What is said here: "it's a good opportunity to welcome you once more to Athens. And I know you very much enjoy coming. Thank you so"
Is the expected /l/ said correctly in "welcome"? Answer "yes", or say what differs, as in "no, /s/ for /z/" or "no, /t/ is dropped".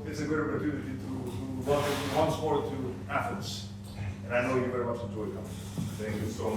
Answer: no, /l/ is dropped